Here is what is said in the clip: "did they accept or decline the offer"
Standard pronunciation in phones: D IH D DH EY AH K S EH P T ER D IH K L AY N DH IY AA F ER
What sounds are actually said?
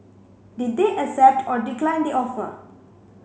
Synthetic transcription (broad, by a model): D IH D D EY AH S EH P T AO D IH K L AY N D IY AA F ER